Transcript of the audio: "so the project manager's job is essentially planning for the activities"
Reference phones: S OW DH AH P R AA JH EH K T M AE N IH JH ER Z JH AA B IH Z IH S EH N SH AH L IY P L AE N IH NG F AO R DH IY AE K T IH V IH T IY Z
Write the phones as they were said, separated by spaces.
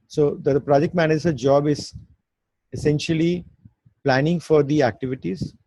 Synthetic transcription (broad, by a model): S OW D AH P R AA JH EH K T M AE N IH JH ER JH AA B IH Z IH S EH N SH AH L IY P L AE N IH NG F AO R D IY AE K T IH V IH T IY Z